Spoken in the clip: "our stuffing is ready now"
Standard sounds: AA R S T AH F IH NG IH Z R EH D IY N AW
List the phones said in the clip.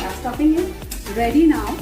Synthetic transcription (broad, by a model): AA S T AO P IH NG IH R EH D IY N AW